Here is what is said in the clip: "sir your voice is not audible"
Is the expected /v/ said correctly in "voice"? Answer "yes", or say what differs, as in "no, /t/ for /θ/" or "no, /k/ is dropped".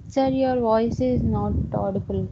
yes